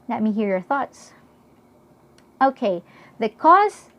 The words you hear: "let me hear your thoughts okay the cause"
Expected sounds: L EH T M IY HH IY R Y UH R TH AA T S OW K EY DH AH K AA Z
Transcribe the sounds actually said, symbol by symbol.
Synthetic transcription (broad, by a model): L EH T M IY HH IY R Y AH R TH AA T S OW K EY DH AH K AA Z